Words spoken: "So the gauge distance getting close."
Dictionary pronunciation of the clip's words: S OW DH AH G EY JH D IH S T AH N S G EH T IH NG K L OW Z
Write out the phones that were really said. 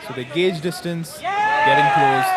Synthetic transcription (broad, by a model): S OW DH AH G EY JH D IH S T AH N S G EH T IH NG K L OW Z